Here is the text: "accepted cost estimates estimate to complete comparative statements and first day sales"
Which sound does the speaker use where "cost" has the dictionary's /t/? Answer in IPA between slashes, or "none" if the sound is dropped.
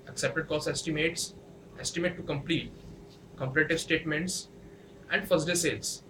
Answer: none